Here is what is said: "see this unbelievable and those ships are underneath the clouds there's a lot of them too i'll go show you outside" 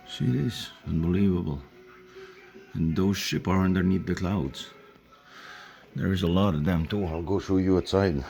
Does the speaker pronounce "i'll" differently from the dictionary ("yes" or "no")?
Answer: no